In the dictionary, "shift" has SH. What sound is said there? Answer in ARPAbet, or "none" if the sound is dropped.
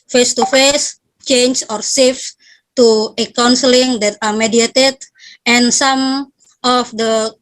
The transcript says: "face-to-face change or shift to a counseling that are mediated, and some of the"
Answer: S